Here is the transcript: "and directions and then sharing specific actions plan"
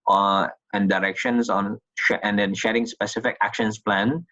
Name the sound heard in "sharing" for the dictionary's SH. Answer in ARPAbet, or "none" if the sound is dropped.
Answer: SH